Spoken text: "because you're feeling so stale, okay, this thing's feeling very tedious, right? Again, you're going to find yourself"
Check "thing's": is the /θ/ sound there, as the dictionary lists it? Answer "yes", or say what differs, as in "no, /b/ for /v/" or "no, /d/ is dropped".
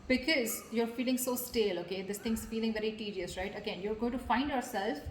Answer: no, /t/ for /θ/